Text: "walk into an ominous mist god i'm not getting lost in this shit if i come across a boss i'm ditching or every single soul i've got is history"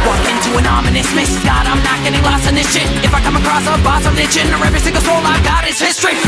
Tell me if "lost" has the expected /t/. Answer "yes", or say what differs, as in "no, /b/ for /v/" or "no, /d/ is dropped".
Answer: no, /t/ is dropped